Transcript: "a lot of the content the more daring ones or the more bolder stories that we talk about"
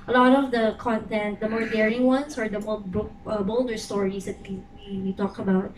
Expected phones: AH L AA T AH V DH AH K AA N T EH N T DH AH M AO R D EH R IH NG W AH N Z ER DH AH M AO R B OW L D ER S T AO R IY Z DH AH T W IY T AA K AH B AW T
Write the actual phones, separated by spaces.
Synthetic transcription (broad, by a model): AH L AA T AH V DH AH K AA N T EH N T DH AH M AO R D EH R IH NG W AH N S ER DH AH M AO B B OW L D ER S T AO R IY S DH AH T W IY T AA K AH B AW T